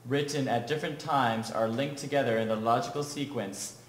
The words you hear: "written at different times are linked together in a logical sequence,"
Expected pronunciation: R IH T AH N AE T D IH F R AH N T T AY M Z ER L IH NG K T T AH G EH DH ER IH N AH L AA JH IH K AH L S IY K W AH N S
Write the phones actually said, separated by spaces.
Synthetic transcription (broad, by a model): R IH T N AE T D IH F R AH N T T AY M Z ER L IH NG K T T AH G EH DH ER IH N AH L AA JH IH K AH L S IY K W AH N S